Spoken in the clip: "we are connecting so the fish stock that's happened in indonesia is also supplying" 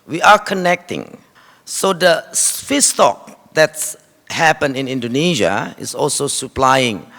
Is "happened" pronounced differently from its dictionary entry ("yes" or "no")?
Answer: yes